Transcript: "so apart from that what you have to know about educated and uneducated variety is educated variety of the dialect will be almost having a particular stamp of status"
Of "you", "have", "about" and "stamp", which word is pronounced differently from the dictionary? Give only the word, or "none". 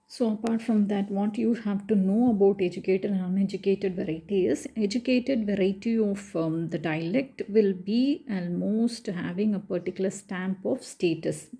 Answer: none